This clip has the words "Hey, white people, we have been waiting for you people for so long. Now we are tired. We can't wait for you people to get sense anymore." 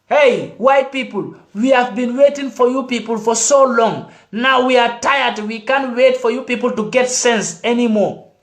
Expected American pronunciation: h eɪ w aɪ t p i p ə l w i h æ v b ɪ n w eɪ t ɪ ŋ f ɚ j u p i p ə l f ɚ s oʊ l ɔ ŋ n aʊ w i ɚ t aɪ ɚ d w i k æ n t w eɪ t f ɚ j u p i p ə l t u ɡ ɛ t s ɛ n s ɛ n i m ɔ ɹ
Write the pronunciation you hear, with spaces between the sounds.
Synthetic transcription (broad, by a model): h eɪ w aɪ t p i p ə l w i h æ v b ɪ n w eɪ t ɪ ŋ f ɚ j u p i p ə l f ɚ s oʊ l ɔ ŋ n aʊ w i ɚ t aɪ ɚ d w i k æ n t w eɪ t f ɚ j u p i p ə l t u ɡ ɛ t s ɛ n s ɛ n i m ɔ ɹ